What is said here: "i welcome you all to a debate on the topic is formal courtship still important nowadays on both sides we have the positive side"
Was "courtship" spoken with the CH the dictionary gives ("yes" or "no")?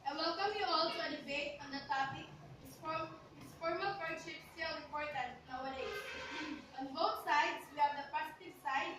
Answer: no